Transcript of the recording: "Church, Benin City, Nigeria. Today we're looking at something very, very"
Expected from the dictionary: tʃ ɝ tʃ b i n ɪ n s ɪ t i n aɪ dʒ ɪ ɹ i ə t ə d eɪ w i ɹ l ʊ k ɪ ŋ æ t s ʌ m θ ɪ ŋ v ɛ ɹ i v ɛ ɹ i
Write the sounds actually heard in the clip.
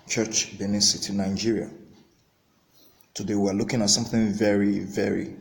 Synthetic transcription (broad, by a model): tʃ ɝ tʃ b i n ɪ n s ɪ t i n aɪ dʒ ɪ ɹ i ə t ə d eɪ w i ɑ l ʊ k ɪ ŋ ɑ t s ʌ m θ ɪ ŋ v ɛ ɹ i v ɛ ɹ i